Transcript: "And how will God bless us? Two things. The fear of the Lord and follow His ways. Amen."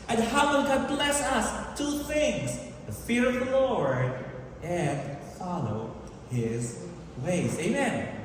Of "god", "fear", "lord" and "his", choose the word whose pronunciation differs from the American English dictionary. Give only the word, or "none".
none